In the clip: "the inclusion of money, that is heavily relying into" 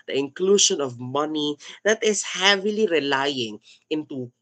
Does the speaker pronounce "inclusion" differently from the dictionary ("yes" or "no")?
yes